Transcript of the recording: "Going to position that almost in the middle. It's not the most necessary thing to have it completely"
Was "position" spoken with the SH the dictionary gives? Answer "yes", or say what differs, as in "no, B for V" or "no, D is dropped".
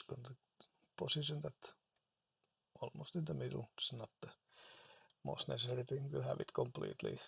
no, S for SH